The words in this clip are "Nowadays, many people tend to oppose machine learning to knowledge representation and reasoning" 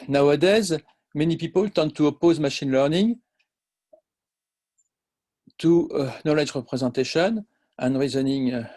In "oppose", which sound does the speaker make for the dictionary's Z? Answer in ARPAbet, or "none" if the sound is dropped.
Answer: Z